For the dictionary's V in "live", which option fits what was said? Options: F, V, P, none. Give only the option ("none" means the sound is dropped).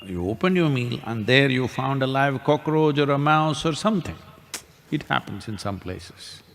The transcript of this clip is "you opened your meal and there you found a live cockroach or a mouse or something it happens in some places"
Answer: V